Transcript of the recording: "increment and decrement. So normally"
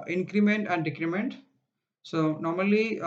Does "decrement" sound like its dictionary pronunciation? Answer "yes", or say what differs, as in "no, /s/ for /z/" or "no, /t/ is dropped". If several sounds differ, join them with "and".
yes